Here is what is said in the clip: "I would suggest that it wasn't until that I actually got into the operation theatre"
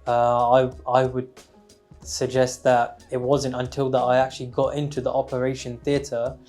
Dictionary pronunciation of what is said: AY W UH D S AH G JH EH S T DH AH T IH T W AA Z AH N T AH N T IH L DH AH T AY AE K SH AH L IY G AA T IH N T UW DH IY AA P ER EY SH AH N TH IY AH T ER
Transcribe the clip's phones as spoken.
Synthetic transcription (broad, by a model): AY W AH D S AH G JH EH S T DH AH T IH T W AA Z AH N T AH N T IH L DH AH T AY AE K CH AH L IY G AA T IH N T UW DH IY AA P ER EY SH AH N TH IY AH T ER